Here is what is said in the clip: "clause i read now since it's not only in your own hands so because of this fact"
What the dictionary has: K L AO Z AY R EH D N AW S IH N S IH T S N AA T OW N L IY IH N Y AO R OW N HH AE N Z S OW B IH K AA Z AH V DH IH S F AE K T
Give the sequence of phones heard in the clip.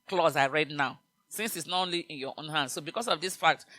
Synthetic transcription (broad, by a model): K L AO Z AY R EH D N AW S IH N S IH T S N AA T OW N L IY IH N Y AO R OW N HH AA N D S OW B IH K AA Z AH V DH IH S F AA K T